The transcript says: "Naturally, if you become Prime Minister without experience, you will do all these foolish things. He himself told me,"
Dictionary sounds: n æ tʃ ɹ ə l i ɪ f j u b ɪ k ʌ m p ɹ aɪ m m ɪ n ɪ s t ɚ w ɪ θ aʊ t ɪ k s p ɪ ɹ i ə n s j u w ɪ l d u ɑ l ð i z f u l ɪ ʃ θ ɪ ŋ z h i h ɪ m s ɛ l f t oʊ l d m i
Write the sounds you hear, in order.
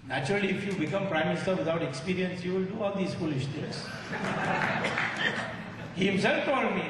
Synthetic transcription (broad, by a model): n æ tʃ ɹ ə l i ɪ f j u b ɪ k ʌ m p ɹ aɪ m m ɪ n ɪ s t ɚ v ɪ t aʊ t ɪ k s p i ɹ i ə n s j u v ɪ l d u ɑ l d i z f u l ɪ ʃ t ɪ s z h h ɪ m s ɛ l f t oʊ d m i